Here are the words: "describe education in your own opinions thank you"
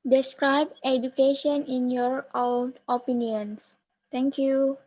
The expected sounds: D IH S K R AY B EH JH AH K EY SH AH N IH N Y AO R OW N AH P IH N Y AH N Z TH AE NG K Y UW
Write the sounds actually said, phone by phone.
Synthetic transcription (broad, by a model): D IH S K R AY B EH JH AH K EY SH AH N IH N Y AO R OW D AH P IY N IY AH N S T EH NG K Y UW